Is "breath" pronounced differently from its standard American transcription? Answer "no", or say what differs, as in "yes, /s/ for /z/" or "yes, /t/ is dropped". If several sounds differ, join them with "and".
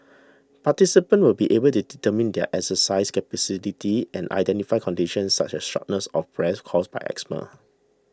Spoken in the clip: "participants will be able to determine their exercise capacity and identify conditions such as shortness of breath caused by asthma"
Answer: yes, /s/ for /θ/